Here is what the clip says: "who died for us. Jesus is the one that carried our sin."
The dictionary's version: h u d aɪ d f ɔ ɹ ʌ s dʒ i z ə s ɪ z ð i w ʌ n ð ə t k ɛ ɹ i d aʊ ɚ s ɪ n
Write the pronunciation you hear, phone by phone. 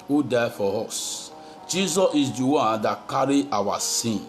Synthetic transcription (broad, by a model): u d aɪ f ɔ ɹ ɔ s dʒ i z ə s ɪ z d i w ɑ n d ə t k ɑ ɹ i aʊ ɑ s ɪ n